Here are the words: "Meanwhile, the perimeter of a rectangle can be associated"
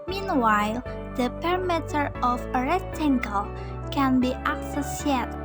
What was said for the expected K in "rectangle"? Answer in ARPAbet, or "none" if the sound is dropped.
none